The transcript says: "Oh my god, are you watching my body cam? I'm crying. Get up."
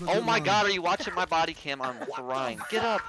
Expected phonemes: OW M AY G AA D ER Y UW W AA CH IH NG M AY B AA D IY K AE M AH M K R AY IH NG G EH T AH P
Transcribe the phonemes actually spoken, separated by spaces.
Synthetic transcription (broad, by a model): OW M AY G AA D ER Y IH W AA CH IH NG M AY B AA D IY K AE M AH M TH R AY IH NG G EH T AH P